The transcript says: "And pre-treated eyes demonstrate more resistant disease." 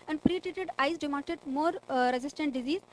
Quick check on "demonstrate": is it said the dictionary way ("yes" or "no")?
no